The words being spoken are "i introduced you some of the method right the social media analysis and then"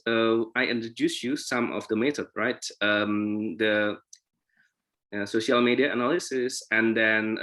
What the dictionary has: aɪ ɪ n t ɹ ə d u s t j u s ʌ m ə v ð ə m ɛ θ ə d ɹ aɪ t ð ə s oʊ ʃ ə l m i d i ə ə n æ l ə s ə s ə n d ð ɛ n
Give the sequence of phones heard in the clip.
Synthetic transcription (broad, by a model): aɪ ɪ n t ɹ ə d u s j u s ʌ m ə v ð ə m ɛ t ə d ɹ aɪ t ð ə s oʊ ʃ ə l m i d i ə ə n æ l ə s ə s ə n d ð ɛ n